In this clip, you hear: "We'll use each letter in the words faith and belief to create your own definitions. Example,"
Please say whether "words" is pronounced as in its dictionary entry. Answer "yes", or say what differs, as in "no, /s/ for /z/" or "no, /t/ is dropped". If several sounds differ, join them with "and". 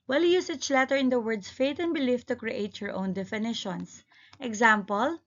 no, /s/ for /z/